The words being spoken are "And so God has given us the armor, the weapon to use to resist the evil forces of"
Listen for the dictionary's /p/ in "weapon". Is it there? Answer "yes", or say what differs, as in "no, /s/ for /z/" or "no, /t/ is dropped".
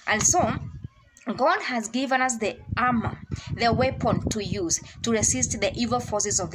yes